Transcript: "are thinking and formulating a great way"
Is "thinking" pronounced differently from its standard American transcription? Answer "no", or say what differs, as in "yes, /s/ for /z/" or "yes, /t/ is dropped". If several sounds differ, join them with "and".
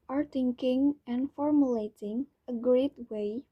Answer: yes, /t/ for /θ/